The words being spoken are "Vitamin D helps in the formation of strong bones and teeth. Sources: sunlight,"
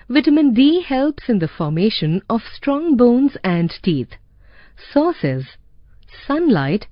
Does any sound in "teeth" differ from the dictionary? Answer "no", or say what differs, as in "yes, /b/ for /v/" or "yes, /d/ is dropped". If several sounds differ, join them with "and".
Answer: yes, /t/ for /θ/